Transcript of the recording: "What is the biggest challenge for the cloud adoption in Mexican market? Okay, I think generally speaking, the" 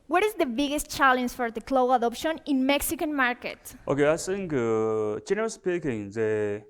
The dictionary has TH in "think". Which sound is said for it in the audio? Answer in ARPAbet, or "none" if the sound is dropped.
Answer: S